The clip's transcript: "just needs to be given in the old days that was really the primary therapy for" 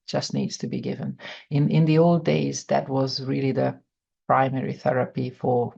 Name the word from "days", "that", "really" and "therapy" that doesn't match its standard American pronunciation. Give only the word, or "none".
none